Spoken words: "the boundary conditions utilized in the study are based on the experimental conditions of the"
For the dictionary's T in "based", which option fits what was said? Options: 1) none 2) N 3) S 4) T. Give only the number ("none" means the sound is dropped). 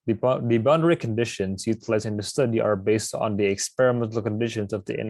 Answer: 4